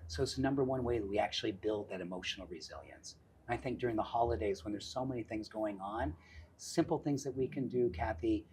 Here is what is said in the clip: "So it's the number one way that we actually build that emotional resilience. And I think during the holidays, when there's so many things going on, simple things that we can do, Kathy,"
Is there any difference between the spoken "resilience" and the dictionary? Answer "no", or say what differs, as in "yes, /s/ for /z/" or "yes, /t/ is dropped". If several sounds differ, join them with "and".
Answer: no